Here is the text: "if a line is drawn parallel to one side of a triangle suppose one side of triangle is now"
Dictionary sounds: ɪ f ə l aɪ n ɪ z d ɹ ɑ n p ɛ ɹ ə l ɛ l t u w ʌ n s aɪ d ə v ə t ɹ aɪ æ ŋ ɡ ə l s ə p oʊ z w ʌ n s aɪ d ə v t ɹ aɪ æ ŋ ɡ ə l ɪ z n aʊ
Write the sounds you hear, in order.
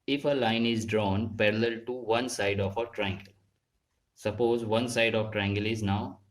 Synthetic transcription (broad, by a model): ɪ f ə l aɪ n ɪ z d ɹ ɑ n p ɛ ɹ ə l ɛ l t u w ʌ n s aɪ d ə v ə t ɹ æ ŋ ɡ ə l s ə p oʊ z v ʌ n s aɪ d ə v t ɹ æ ŋ ɡ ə l ɪ z n aʊ